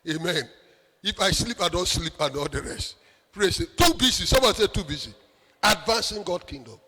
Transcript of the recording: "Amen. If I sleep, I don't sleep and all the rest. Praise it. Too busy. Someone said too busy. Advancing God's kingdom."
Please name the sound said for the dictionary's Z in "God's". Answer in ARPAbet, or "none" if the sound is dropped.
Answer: none